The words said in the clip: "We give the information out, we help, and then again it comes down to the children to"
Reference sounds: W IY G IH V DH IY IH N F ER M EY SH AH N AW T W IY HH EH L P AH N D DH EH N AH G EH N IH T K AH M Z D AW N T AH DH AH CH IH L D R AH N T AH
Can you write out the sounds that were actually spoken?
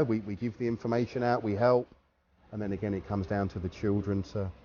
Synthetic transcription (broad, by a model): W IY G IH V DH IY IH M F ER M EY SH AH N AW T W IY HH EH L P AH N DH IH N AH G EH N IH T K AH M Z D AW N T AH DH AH CH IH L D R AH N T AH